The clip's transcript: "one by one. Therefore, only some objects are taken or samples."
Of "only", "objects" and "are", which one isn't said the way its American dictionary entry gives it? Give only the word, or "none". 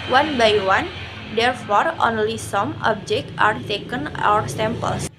objects